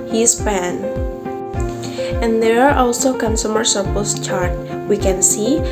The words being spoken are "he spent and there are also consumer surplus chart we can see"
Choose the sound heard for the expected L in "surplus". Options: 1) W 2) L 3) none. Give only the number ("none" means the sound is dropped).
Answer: 3